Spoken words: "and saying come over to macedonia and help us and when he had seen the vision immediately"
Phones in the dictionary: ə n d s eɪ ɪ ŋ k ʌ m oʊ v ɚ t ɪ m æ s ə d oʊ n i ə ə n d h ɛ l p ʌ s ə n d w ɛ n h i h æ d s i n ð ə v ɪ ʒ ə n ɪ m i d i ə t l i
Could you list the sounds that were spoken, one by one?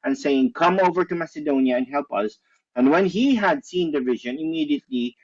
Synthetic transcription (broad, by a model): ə n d s eɪ ɪ ŋ k ʌ m oʊ v ɚ t ɪ m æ s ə d oʊ n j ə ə n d h ɛ l p ʌ s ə n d w ɛ n h i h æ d s i n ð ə v ɪ ʒ ə n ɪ m i d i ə t l i